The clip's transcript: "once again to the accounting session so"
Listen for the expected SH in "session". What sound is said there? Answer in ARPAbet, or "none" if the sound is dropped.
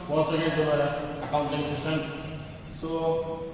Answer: S